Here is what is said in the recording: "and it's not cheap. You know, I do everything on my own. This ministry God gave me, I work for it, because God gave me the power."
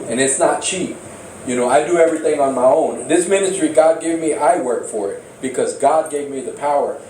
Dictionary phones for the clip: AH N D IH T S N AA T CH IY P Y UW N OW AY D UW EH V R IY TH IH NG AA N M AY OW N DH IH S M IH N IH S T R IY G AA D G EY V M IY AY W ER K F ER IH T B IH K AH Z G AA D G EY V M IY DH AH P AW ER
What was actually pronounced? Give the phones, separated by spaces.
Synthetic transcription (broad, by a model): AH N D IH T S N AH T CH IY P Y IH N OW AY D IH EH V R IY TH IH NG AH N M AY OW N DH IH S M IH N IH S T R IY G AA D G EY V M IY AY W ER K F ER IH T B IH K AH Z G AA D G EY V M IY DH AH P AW ER